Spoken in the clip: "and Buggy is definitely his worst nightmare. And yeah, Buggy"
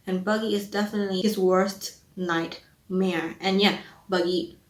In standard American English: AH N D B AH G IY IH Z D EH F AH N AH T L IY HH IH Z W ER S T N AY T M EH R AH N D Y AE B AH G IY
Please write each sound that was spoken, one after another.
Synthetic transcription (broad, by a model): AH N B AH G IY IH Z D EH F AH N AH T L IY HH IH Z W ER S T N AY T M EH R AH N Y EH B AH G IY